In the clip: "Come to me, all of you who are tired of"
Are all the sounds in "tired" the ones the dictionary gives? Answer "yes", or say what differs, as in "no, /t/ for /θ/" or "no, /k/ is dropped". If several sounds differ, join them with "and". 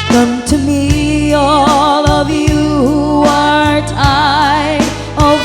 no, /d/ is dropped